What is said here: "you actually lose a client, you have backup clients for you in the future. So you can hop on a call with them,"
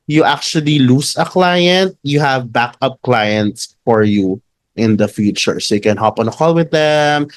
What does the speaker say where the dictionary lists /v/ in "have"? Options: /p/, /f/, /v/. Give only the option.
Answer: /v/